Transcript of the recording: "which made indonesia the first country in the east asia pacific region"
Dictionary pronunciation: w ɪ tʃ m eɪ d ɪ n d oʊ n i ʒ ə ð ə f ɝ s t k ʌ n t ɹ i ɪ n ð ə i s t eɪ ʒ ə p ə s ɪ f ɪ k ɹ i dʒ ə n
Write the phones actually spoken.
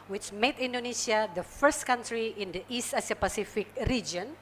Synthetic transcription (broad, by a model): w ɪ tʃ m eɪ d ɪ n d oʊ n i s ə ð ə f ɝ s t k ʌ n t ɹ i ɪ n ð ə i s t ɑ s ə p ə s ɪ f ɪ k ɹ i dʒ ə n